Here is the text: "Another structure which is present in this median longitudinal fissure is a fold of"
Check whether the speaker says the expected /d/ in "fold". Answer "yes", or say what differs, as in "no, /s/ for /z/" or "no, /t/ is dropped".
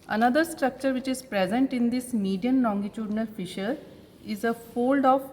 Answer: yes